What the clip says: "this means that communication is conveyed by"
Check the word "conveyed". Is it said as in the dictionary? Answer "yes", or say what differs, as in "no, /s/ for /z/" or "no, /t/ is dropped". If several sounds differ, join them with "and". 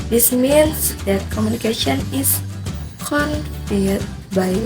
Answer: no, /p/ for /v/